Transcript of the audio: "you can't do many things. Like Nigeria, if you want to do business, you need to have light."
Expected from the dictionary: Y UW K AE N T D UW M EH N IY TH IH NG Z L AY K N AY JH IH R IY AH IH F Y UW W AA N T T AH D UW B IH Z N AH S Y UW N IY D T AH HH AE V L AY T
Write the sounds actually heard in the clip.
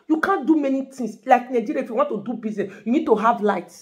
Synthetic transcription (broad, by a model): Y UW K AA N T D UW M EH N IY T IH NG S L AY K N AY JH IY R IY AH IH F Y UW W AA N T T AH D UW B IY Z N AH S Y UW N IY D T AH HH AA V L AY T